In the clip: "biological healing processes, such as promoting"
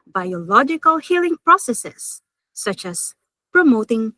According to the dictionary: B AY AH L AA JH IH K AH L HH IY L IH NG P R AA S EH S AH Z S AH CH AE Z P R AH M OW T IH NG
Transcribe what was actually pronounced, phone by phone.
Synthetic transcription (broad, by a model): B AY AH L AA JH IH K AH L HH IY L IH NG P R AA S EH S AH S AH CH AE S P R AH M OW T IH NG